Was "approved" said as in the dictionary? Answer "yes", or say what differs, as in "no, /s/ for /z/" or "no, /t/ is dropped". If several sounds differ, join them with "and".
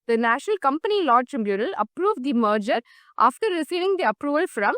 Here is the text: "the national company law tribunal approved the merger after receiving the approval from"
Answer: yes